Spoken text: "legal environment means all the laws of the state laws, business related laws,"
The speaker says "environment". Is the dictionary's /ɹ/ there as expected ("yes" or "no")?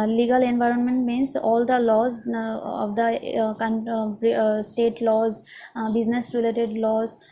yes